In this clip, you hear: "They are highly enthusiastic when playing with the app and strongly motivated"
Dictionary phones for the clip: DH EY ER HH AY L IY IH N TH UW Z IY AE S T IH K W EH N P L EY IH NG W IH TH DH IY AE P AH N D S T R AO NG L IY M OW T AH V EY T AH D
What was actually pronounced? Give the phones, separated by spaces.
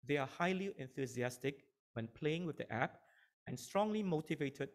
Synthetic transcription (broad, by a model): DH EY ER HH AY L IY IH N TH UW Z IY AE S T IH K W EH N P L EY IH NG W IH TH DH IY AE P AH N S T R AO NG L IY M OW T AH V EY T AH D